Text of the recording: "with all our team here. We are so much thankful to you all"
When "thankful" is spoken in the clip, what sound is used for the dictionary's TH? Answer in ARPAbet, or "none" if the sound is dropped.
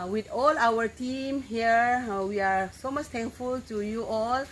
T